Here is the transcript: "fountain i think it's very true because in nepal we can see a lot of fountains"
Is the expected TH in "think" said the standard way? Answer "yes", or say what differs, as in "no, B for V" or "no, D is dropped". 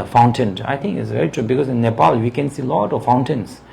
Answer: no, T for TH